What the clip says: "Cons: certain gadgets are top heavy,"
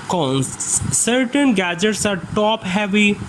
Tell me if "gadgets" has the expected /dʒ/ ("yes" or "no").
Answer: yes